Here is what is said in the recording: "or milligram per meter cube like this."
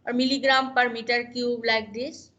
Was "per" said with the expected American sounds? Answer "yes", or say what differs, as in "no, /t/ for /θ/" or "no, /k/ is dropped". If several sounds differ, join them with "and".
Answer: yes